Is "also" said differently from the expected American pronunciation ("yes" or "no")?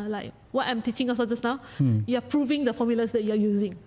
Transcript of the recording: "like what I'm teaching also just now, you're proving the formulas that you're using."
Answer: yes